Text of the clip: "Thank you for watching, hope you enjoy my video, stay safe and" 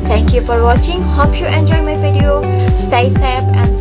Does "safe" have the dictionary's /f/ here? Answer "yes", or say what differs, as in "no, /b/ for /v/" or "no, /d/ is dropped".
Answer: no, /p/ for /f/